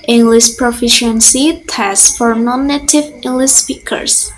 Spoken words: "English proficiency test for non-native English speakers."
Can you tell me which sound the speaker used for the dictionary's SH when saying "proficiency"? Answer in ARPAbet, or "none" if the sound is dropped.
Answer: SH